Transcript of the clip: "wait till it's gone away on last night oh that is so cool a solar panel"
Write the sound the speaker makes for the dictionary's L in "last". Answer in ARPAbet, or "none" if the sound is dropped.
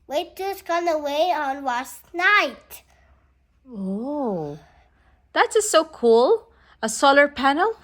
W